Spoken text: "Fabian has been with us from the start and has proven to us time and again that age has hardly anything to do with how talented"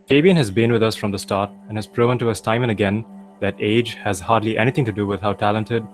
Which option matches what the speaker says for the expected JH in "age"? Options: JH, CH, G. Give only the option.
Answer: JH